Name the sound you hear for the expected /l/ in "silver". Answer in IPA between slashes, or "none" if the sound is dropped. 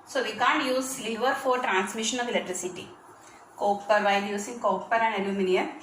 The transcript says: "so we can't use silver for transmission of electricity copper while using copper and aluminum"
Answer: none